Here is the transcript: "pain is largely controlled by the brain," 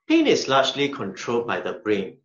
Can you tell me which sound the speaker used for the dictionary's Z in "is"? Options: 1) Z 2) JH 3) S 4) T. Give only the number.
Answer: 3